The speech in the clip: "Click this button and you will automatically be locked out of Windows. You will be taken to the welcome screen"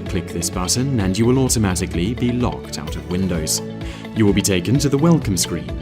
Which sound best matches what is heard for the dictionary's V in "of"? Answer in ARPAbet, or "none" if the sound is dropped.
V